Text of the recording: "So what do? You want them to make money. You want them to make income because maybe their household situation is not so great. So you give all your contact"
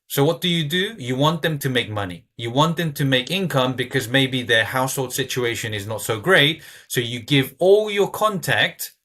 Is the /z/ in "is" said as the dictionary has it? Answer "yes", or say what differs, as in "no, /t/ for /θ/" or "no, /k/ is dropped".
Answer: yes